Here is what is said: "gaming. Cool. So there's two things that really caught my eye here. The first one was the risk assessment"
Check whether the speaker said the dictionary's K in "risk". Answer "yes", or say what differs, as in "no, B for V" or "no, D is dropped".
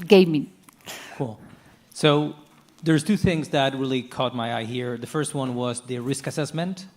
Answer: yes